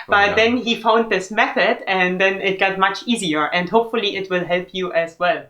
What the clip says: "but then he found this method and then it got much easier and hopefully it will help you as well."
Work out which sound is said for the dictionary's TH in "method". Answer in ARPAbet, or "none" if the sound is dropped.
TH